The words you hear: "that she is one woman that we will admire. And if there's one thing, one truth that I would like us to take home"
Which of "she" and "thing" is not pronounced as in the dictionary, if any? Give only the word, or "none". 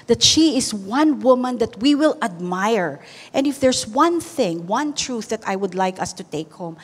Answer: none